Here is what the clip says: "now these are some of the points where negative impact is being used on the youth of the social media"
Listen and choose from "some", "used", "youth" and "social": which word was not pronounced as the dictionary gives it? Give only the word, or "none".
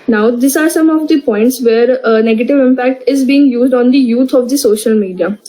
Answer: youth